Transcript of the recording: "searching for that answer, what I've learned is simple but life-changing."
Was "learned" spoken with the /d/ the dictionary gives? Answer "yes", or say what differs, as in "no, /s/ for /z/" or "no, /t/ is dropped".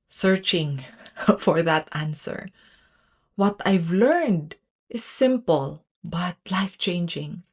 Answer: yes